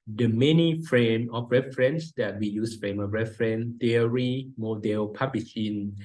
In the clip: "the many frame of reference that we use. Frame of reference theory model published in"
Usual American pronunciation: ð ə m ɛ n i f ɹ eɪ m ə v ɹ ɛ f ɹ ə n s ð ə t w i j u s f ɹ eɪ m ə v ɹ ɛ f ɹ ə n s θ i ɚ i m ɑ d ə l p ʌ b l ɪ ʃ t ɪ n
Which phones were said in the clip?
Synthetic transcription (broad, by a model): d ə m ɛ n i f ɹ eɪ m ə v ɹ ɛ f ɹ ə n s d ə t w i j u s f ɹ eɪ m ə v ɹ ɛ f ɹ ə n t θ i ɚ i m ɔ d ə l p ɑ b l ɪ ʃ ɪ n